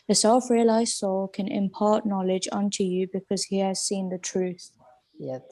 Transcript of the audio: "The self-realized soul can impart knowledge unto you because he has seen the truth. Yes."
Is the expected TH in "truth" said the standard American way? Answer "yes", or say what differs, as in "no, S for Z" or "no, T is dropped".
yes